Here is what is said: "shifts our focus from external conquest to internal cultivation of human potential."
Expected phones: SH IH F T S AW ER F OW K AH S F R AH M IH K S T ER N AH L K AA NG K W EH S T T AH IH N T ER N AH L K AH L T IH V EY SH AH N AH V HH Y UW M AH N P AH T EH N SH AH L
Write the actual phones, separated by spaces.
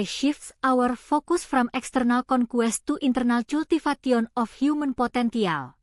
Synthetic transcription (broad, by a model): SH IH F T S AW ER F OW K AH S F R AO M IH K S T ER N AH L K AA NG K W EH S T T AH N T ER N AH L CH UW L T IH F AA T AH N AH F HH Y UW M AH N P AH T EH N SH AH L